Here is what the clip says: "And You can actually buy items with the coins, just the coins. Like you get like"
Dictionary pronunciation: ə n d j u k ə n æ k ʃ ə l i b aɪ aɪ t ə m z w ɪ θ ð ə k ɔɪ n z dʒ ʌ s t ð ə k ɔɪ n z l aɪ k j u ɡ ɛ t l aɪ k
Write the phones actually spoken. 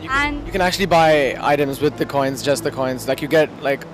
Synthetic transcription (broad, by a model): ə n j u k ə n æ k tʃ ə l i b aɪ aɪ t ə m z w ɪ ð ə k ɔɪ n z dʒ ʌ s t ð ə k ɔɪ n z l aɪ k j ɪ ɡ ɛ t l aɪ k